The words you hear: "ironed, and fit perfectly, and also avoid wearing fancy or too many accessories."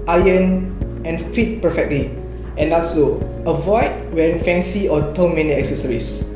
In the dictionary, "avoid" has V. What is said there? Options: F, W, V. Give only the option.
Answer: V